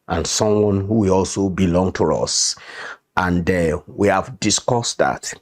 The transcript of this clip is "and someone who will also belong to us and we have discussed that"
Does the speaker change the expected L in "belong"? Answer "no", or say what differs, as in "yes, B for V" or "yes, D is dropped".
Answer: no